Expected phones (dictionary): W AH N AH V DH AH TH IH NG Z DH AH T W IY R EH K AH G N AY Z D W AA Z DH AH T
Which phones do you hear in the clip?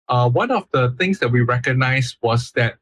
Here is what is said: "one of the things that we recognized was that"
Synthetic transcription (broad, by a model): W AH N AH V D AH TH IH NG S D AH T W IY R EH K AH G N AY S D W AA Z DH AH T